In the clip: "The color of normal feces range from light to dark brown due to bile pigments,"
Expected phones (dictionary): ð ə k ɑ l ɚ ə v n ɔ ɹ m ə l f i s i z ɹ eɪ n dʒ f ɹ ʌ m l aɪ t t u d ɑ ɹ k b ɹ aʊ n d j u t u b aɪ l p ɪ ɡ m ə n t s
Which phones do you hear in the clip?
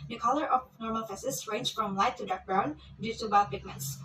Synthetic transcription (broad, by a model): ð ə k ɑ l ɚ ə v n ɔ ɹ m ə l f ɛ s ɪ s ɹ eɪ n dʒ f ɹ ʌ m l aɪ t t u d ɑ ɹ k b ɹ aʊ n d j u t u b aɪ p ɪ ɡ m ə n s